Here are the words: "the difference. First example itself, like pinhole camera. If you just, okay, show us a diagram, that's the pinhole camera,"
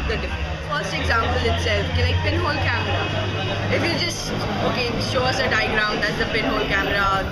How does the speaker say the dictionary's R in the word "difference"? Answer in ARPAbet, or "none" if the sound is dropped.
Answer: none